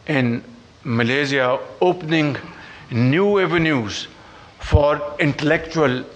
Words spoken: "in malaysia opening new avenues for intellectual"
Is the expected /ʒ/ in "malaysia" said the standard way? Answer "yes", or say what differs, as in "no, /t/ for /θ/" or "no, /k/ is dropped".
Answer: no, /z/ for /ʒ/